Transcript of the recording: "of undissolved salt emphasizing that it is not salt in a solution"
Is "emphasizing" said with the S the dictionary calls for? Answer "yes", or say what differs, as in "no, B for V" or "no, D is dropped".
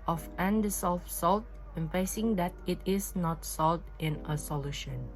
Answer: no, S is dropped